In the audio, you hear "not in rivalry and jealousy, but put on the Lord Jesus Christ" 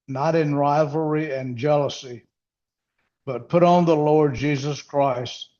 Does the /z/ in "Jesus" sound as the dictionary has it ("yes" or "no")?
yes